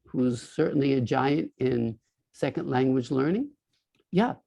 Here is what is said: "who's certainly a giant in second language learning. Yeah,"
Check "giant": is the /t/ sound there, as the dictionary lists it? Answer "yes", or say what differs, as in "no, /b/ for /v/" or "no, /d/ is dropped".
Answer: yes